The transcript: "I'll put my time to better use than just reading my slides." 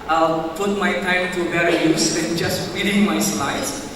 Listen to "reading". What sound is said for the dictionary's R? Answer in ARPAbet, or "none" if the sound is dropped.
W